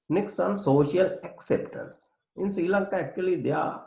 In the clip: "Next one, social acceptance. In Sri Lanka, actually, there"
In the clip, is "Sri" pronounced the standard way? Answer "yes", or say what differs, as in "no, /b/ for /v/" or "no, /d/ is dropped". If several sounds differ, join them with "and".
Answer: no, /ɹ/ is dropped